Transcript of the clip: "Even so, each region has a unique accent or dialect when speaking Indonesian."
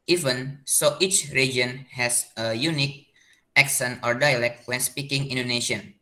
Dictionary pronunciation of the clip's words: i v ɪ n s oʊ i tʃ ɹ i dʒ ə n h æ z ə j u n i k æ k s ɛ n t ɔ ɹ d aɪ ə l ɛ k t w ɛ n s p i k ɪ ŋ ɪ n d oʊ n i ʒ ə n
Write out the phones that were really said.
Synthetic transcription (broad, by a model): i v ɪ n s oʊ i tʃ ɹ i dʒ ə n h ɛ s ə j u n i k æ k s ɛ n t ɔ ɹ d aɪ ə l ɛ k t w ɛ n s p i k ɪ ŋ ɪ n d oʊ n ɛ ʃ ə n